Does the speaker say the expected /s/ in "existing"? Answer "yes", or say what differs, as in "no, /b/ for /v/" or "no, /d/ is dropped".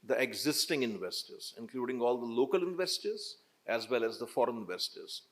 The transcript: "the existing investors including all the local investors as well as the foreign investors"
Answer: yes